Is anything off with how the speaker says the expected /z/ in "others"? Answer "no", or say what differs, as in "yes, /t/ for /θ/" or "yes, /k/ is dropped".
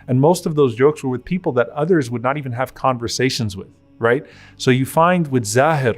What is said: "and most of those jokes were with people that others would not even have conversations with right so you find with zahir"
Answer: no